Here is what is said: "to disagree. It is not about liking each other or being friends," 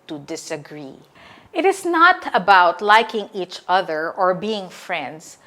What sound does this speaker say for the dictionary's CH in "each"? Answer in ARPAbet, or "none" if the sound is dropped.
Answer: CH